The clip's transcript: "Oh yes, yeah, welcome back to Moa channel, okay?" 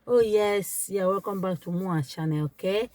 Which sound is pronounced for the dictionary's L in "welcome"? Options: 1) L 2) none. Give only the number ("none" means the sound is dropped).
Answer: 2